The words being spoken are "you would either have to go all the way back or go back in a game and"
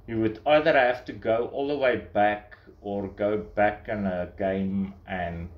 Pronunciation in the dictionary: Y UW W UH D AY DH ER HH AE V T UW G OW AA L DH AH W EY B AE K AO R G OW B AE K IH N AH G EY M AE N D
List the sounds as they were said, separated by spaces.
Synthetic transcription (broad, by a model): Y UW W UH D AY DH ER HH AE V T UW G OW AA L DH AH W EY B AE K AO R G OW B AE K IH N AH G EY M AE N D